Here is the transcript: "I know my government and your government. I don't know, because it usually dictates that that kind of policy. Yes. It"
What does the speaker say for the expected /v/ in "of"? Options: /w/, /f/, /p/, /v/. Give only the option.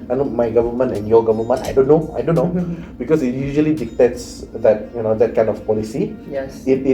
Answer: /f/